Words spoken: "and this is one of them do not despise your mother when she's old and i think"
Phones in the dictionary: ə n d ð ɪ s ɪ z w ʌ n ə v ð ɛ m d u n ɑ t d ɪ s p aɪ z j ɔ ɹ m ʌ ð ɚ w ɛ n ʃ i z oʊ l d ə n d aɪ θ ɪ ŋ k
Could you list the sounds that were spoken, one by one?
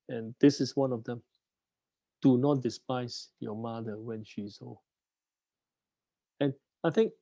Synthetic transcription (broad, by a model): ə n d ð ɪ s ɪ s w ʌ n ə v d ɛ m d u n ɑ t d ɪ s p aɪ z j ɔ m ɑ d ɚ w ɛ n ʃ i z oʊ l ə n aɪ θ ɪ ŋ k